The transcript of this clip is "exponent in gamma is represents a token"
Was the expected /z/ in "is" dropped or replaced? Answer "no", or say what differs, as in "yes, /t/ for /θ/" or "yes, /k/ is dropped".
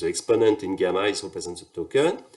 yes, /s/ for /z/